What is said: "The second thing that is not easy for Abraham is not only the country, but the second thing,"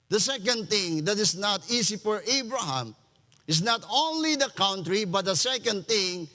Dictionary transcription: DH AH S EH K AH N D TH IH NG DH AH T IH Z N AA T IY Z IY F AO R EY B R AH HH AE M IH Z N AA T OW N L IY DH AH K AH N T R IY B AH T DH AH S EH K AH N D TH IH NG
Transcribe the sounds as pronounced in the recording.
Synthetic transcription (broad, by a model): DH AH S EH K AH N D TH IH NG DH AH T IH S N AA T IY S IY F AO R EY B R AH HH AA M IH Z N AA T OW N L IY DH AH K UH N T R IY B AH T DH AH S EH K AH N D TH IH NG